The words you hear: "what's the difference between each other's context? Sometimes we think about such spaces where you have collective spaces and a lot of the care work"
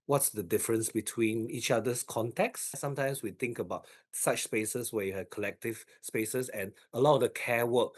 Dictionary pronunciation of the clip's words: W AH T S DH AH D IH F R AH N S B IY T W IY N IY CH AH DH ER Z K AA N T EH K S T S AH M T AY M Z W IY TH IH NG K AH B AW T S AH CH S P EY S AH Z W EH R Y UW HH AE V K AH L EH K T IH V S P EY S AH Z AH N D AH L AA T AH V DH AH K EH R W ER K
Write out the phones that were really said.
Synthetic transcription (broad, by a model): W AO T S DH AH D IH F R AH N S B IY T W IY N IY CH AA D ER S K AA N T EH K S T S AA M T AY M S W IY T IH NG K AH B AW T S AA CH S P EY S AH S W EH Y UW HH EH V K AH L EH K T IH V S P EY S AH S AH N AH L AA T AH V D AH K EH W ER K